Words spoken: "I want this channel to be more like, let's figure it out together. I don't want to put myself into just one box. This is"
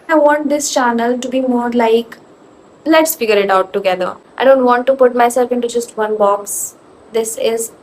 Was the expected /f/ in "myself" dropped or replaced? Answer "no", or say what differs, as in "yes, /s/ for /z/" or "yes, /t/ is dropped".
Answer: no